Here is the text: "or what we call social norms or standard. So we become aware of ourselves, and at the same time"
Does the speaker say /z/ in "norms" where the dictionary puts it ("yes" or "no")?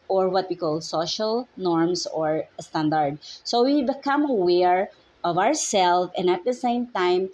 no